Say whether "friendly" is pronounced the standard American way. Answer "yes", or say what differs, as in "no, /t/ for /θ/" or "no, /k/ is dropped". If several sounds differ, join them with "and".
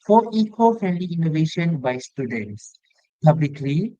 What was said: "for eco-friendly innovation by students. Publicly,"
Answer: no, /ɹ/ is dropped